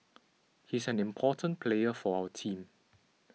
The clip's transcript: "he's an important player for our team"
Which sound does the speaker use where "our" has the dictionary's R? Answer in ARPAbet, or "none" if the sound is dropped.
W